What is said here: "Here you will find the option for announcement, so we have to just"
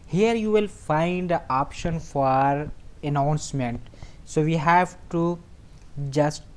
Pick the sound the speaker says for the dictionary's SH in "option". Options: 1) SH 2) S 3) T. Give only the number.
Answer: 1